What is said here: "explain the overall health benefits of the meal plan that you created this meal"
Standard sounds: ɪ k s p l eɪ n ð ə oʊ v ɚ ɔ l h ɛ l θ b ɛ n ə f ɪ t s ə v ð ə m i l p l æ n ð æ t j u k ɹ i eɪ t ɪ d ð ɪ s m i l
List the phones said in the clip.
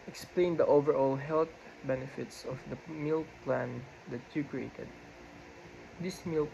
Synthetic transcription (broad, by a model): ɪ k s p l eɪ n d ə oʊ v ɚ ɔ l h ɛ l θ b ɛ n ə f ɪ t s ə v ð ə m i l p l æ n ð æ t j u k ɹ i eɪ t ɪ d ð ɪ s m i l